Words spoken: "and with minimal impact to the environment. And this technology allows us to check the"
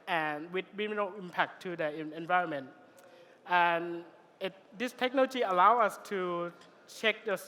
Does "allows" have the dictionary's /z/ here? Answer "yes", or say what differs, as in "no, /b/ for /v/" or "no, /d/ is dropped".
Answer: no, /z/ is dropped